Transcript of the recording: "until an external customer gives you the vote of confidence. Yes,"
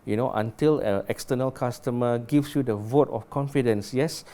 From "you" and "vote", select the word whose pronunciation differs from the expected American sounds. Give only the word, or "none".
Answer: none